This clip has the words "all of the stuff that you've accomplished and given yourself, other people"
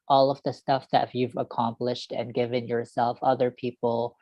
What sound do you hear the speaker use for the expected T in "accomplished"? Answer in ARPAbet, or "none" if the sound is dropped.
T